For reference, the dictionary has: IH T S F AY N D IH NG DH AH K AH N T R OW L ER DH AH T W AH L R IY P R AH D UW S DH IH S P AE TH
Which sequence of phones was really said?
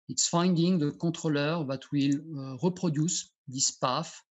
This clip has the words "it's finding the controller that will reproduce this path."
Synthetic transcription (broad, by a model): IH T S F AY N D IH NG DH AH K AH T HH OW L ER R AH T W AH L R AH P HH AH D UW S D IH S P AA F